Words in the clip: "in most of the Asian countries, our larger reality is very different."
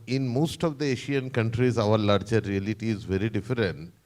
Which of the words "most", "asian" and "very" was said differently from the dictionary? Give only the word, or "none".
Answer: asian